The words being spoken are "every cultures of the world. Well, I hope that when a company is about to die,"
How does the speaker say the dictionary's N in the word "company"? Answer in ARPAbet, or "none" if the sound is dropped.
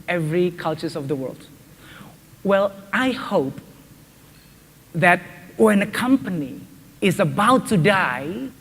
N